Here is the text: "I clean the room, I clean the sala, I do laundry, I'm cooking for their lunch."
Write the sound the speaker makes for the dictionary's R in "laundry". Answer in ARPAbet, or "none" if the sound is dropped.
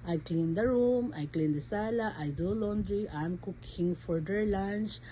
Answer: R